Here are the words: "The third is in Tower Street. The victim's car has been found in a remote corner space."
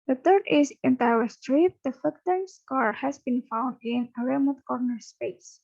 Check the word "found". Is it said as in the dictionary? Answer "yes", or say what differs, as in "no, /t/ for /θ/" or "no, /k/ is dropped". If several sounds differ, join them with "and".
yes